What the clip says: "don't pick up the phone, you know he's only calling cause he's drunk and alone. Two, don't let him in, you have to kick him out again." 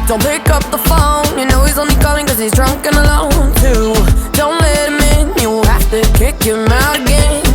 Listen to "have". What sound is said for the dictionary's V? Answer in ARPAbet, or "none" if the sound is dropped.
F